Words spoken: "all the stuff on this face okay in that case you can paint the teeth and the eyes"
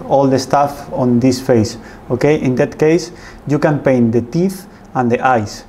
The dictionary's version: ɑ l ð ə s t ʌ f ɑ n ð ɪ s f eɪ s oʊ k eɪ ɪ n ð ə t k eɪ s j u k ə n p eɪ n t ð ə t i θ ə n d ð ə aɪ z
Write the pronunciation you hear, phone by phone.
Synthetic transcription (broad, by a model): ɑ l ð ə s t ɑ f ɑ n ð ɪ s f eɪ s oʊ k eɪ ɪ n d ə t k eɪ s j u k ə n p eɪ n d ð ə t i θ ə n d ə aɪ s